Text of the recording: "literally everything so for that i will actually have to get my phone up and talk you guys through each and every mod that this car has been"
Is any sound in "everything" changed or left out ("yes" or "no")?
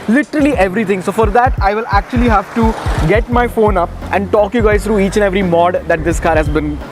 yes